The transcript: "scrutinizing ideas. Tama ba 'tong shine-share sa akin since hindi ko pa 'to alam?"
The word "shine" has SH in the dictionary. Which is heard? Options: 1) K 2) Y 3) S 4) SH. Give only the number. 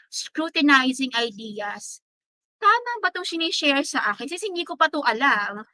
3